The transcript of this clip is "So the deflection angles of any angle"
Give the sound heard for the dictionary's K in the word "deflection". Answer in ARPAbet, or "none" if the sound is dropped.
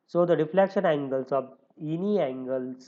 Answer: K